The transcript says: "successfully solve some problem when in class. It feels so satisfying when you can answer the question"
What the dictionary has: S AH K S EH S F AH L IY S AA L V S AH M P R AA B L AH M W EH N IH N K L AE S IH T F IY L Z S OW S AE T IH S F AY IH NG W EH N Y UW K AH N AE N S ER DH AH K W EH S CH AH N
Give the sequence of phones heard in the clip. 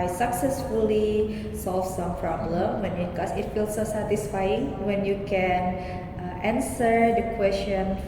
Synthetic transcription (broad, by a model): S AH K S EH S F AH L IY S AA L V S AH M P R AA B L AH M W EH N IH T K AO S IH T F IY L S OW S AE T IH S F AY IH NG W EH N Y UW K AH N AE N S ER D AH K W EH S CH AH N